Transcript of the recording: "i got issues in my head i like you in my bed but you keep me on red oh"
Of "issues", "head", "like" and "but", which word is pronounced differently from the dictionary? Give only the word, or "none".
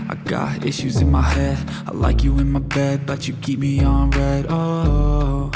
none